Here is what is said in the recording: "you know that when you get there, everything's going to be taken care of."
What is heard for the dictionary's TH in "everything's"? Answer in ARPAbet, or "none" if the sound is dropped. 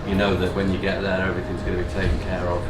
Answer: TH